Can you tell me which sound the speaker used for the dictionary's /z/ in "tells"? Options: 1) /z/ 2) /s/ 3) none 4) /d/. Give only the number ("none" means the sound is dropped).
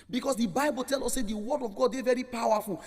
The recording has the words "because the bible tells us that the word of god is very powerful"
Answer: 3